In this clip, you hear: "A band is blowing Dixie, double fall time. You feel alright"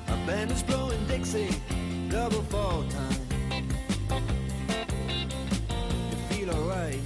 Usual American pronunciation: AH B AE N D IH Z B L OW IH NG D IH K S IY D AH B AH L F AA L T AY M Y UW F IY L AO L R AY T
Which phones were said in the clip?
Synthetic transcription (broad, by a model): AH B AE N IH Z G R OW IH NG D IH K S IY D AH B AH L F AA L T AY M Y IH F IY L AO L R AY T